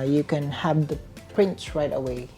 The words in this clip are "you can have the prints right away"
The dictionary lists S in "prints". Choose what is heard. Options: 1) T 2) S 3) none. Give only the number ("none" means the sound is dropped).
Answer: 3